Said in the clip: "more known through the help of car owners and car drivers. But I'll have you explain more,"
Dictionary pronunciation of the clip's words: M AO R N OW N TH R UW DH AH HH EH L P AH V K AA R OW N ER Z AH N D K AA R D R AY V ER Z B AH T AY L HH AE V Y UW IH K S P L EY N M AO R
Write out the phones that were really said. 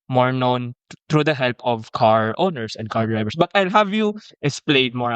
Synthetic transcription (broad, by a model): M AO R N OW N T R UW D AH HH EH L P AH V K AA R OW N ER S AH N D K AA R D R AY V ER S B AH T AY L HH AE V Y UW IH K S P L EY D M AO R